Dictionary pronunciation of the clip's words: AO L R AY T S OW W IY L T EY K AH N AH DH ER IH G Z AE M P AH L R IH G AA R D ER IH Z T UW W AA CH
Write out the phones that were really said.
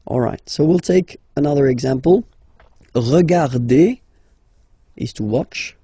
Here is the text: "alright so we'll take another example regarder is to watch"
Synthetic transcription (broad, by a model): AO L R AY T S OW W IY L T EY K AH N AH DH ER IH G Z AE M P AH L R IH G AA R D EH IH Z T UW W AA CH